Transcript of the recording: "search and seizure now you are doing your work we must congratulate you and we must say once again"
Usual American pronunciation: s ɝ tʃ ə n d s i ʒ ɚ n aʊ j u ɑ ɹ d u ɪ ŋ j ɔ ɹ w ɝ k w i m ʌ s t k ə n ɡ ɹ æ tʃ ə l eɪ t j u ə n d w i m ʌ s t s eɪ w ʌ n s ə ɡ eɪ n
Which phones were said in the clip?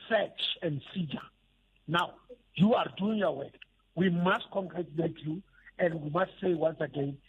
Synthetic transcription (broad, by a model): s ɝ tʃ ə n d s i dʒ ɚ n aʊ j u ɑ ɹ d u ɪ ŋ j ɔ w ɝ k w i m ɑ s t k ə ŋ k ɹ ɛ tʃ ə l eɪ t j u ə n d w i m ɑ s t s eɪ w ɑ n s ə ɡ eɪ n